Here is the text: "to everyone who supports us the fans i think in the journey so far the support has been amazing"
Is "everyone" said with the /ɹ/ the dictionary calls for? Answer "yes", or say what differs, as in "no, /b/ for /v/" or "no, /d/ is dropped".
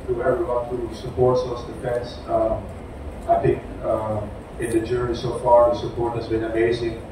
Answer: no, /ɹ/ is dropped